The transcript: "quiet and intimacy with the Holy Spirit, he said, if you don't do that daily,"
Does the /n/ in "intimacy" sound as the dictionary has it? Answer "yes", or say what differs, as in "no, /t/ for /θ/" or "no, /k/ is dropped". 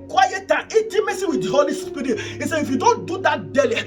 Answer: no, /n/ is dropped